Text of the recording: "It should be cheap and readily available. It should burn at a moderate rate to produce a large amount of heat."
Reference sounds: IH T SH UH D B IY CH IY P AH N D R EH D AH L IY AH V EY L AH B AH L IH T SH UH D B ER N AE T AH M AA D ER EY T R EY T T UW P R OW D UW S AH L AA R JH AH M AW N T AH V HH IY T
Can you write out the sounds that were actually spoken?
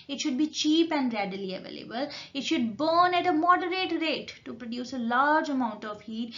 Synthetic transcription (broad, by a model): IH T SH UH D B IY CH IY P AH N D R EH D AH L IY AH V EY L AH B AH L IH T SH UH D B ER N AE T AH M AA D ER EY T R EY T T UW P R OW D UW S AH L AA R JH AH M AW N T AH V HH IY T